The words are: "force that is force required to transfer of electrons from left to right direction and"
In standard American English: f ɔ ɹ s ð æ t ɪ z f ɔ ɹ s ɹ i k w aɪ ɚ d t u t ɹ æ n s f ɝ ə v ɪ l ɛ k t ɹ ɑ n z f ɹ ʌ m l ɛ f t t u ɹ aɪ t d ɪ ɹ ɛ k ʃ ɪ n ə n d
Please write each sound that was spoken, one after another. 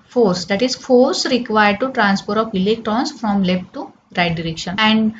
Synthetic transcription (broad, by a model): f ɔ ɹ s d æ t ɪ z f ɔ ɹ s ɹ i k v aɪ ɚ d t u t ɹ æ n s p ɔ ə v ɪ l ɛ k t ɹ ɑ n s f ɹ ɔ m l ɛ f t t u ɹ aɪ t d ɪ ɹ ɛ k ʃ ɪ n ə n d